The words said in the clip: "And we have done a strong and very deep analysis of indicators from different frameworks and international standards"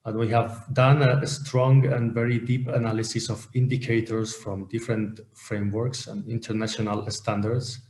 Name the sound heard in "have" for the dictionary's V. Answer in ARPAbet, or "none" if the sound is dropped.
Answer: V